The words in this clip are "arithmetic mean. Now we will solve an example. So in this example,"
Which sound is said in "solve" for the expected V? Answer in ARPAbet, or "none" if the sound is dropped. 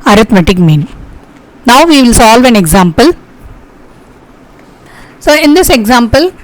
V